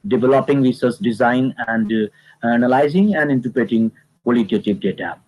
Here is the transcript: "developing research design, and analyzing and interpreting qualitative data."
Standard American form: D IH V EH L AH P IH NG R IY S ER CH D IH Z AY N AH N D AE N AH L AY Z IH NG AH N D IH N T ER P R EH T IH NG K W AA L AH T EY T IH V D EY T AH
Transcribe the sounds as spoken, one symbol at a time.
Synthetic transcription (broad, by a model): D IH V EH L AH P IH NG R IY S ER S D IH Z AY N AH N D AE N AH L AY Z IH NG AH N D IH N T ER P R EH T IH NG K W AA L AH T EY T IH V D EY T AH